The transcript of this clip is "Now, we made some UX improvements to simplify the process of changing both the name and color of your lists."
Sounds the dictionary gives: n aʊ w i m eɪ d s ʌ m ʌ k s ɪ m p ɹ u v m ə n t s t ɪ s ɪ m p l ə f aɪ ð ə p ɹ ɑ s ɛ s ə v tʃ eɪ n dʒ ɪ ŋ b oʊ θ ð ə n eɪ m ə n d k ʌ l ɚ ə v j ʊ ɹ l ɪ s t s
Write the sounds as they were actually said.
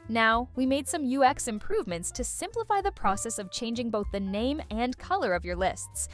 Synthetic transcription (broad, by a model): n aʊ w i m eɪ d s ʌ m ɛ k s ɪ m p ɹ u v m ə n t s t ɪ s ɪ m p l ə f aɪ ð ə p ɹ ɑ s ɛ s ə v tʃ eɪ n dʒ ɪ ŋ b oʊ θ ð ə n eɪ m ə n k ʌ l ɚ ə v j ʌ ɹ l ɪ s t s